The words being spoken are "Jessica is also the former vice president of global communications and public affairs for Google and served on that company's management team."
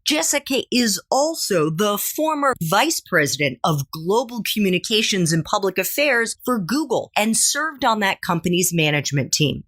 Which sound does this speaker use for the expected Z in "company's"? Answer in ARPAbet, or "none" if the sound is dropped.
Z